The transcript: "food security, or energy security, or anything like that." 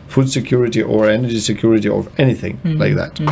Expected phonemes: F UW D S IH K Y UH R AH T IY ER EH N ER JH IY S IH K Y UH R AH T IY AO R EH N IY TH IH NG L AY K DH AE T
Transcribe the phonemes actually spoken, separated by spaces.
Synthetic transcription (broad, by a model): F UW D S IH K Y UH R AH T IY ER EH N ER JH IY S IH K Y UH R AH T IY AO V EH N IY TH IH NG L AY K DH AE T